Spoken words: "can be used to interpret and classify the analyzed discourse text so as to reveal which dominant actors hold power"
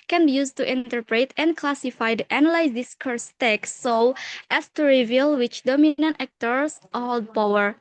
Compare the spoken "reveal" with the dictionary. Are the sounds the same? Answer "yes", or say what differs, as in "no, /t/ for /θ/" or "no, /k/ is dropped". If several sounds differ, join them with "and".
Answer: yes